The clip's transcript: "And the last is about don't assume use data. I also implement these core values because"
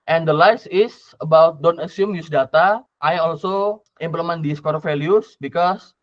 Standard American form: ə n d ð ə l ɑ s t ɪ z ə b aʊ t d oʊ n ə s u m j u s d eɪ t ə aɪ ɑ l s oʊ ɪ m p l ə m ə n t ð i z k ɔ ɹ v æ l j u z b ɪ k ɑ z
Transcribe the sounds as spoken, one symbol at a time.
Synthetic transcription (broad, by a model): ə n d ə l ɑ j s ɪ s ə b aʊ t d oʊ n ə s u m j u s d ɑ t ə aɪ ɑ l s oʊ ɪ m p l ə m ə n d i s k ɔ ɹ f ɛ l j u s b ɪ k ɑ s